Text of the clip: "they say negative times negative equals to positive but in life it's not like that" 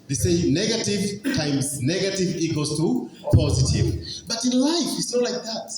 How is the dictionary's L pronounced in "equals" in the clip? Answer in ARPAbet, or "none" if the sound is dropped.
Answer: none